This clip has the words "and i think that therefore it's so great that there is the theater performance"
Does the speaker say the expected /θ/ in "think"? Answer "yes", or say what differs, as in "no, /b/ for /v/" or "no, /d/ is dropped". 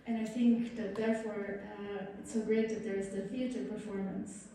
yes